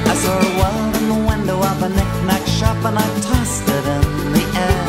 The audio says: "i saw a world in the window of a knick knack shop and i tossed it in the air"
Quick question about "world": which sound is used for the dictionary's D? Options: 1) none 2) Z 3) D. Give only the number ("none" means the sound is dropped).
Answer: 1